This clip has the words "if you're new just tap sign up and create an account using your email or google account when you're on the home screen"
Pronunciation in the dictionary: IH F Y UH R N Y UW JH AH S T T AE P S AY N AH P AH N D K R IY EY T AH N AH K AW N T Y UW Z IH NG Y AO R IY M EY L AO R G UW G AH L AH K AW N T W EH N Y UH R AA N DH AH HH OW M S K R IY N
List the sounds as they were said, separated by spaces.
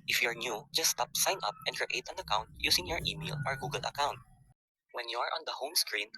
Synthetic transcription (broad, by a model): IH F Y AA R N Y UW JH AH S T T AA P S AY N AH P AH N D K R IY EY T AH N AH K AW N T Y UW S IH NG Y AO R IY M EY L AO R G UW G AH L AH K AW N T W EH N Y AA R AA N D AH HH OW M S K R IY N